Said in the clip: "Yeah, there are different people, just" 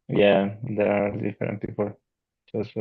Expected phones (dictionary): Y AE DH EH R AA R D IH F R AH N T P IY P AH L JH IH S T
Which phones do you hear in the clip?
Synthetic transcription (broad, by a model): Y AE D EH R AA L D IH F AH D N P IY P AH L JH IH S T